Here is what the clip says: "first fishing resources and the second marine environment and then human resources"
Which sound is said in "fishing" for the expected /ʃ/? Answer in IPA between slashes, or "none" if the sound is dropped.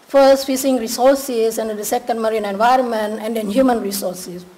/s/